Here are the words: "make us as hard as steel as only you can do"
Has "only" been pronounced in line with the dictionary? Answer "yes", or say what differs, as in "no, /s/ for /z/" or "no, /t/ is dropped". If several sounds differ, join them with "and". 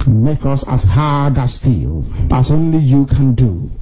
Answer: yes